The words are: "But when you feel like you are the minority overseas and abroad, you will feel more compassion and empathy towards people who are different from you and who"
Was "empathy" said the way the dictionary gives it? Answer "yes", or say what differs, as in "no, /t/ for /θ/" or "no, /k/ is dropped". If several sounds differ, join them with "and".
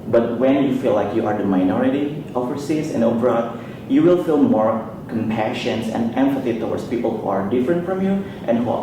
no, /f/ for /p/